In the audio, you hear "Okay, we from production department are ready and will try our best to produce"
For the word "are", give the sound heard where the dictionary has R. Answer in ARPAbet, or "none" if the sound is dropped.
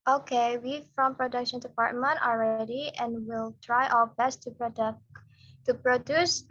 L